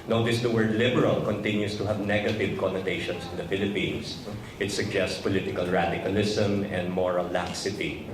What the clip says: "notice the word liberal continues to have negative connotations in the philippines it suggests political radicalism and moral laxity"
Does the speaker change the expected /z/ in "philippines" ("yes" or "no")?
yes